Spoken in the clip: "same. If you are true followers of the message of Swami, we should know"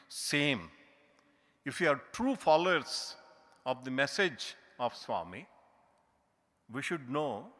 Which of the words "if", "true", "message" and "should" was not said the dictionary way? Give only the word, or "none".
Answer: none